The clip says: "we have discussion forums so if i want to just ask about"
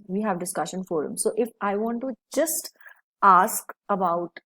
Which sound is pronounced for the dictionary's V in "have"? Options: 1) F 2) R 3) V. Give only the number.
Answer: 3